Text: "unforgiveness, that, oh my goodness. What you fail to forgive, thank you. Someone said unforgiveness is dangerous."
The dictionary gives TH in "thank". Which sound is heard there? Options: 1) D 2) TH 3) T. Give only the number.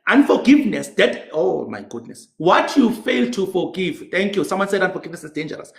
3